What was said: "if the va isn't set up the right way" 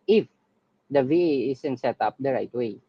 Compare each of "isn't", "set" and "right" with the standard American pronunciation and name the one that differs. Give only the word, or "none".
isn't